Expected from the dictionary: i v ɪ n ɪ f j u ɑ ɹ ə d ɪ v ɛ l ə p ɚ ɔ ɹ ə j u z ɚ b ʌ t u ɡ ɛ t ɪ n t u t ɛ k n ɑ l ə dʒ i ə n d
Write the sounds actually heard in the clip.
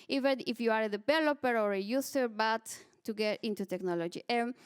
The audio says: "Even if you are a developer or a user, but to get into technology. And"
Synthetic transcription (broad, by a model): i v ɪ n ɪ f j u ɑ ɹ ə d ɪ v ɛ l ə p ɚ ɔ ɹ ə j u s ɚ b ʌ t u ɡ ɛ t ɪ n t u t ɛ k n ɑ l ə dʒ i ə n